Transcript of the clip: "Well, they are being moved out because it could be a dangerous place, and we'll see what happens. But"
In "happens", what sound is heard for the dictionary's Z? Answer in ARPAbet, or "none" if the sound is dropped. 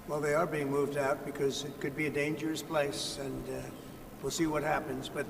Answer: Z